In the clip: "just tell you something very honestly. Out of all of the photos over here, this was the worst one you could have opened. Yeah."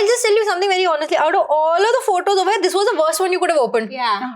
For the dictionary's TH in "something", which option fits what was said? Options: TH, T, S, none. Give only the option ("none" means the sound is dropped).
T